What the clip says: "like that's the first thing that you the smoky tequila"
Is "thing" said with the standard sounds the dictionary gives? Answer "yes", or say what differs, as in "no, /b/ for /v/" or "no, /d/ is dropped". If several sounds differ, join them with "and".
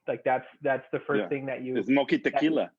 yes